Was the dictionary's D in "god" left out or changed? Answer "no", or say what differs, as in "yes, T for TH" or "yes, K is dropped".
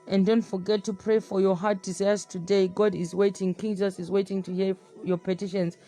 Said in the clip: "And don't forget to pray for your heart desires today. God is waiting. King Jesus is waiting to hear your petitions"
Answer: no